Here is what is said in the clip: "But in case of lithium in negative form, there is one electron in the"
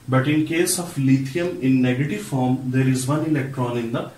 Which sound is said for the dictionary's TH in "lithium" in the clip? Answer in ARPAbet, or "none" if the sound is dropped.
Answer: T